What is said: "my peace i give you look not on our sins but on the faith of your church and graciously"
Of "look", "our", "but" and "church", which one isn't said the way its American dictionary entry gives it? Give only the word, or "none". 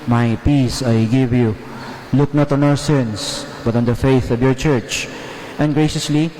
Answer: none